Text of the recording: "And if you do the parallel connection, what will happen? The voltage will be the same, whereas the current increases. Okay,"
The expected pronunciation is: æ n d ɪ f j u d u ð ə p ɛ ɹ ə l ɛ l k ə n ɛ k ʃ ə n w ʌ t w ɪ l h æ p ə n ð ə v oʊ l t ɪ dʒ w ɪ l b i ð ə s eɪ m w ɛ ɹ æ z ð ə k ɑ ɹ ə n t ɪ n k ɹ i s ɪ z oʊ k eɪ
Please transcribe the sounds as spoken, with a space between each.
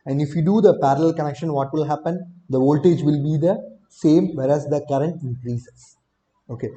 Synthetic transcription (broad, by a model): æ n d ɪ f j u d u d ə p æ ɹ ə l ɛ l k ə n ɛ k ʃ ə n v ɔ t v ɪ l h æ p ə n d ə v oʊ l t ɪ dʒ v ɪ l b i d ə s eɪ m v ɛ ɹ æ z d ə k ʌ ɹ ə n t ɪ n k ɹ i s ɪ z oʊ k eɪ